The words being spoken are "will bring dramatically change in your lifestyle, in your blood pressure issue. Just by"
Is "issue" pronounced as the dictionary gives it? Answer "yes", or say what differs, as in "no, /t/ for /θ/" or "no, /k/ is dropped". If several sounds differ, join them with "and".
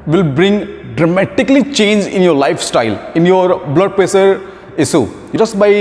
no, /s/ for /ʃ/